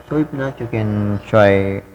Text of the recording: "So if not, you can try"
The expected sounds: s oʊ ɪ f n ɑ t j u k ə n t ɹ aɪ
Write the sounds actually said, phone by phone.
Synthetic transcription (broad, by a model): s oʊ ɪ p n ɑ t j u k ə n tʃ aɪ